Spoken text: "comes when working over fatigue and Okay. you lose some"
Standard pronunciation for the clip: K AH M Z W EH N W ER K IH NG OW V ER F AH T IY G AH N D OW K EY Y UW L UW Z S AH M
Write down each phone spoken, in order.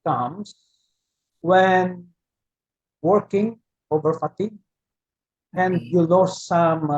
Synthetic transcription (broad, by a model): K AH M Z W EH N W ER K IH NG OW V ER F AH T IY G AH N D Y UW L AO S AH M